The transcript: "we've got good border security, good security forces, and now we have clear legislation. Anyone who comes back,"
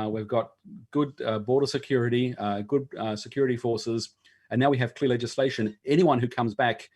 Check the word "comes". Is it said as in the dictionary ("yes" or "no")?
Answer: yes